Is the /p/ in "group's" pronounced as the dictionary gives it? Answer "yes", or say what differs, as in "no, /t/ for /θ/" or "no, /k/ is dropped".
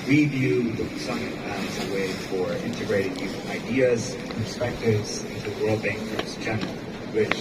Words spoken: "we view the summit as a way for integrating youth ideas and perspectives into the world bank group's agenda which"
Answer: no, /p/ is dropped